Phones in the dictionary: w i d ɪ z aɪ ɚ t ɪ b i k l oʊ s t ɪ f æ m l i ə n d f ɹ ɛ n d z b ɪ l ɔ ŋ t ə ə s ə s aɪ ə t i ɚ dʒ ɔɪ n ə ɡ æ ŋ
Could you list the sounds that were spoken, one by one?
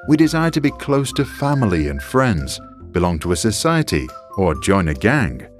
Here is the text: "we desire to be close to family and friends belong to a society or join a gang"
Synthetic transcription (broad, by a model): w i d ɪ z aɪ ɚ t ɪ b i k l oʊ s t ɪ f æ m l i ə n f ɹ ɛ n d z b ɪ l ɔ ŋ t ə ə s ə s aɪ ə t i ɚ dʒ ɔɪ n ə ɡ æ ŋ